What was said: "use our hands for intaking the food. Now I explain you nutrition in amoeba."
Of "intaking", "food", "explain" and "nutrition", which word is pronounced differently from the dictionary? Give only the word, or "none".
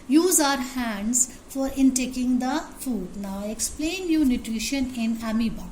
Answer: none